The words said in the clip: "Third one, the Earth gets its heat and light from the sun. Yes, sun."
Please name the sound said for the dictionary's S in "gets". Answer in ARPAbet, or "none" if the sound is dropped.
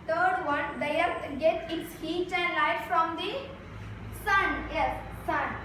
none